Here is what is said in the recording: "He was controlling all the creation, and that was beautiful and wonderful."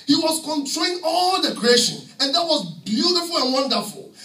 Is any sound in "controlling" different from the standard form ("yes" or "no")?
yes